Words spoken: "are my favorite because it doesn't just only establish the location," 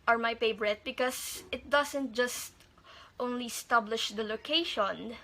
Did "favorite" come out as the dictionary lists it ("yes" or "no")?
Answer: no